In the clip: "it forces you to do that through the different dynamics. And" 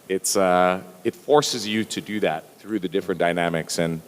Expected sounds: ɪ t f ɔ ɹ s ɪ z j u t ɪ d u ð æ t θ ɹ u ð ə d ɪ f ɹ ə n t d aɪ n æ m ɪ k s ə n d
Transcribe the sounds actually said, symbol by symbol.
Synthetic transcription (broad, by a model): ɪ t f ɔ ɹ s ɪ z j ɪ t ɪ d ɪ ð æ t θ ɹ u ð ə d ɪ f ɹ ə n d aɪ n æ m ɪ k s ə n